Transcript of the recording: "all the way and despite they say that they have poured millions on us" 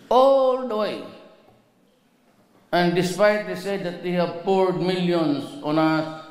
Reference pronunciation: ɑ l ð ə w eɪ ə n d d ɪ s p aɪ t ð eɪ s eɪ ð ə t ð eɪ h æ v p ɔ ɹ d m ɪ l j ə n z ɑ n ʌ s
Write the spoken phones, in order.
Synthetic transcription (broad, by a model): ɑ l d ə w eɪ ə n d d ɪ s p aɪ t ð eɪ s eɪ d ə t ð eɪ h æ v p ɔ ɹ d m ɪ l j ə n s ɑ n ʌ s